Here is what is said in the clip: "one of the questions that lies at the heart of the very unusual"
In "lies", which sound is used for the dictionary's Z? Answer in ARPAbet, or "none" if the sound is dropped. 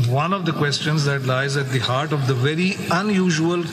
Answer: Z